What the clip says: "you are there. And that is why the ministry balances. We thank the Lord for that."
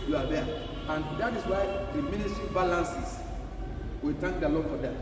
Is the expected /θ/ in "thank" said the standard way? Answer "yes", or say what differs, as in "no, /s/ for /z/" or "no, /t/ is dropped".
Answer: no, /t/ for /θ/